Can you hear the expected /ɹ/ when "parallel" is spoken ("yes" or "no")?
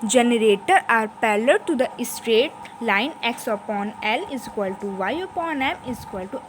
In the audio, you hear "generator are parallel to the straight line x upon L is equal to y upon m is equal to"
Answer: no